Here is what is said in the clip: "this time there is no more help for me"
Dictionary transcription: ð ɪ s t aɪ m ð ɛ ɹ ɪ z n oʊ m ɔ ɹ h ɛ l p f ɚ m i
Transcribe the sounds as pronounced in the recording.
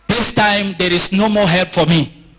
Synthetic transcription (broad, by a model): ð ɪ s t aɪ m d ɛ ɹ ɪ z n oʊ m ɔ h ɛ l p f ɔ m i